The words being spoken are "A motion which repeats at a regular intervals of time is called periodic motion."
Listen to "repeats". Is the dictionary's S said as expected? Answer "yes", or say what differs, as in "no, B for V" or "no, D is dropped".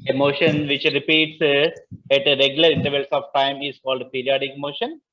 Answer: yes